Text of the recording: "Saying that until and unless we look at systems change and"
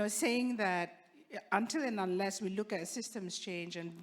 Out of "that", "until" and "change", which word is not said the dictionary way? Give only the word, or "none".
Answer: none